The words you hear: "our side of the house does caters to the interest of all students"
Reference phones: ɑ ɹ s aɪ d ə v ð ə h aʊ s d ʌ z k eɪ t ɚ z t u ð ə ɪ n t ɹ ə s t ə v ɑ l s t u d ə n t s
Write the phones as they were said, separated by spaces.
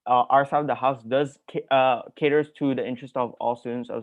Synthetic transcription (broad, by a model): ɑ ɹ s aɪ ə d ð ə h aʊ s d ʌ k k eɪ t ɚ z t u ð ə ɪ n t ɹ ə s t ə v ɑ l s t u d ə n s